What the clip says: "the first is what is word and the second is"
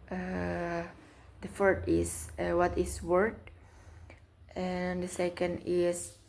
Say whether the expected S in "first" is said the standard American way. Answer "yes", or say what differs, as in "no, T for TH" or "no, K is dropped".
no, S is dropped